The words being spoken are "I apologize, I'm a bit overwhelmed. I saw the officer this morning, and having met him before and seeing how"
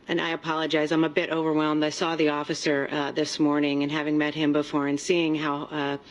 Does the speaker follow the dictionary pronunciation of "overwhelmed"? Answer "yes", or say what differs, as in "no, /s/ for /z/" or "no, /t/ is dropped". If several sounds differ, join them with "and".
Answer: yes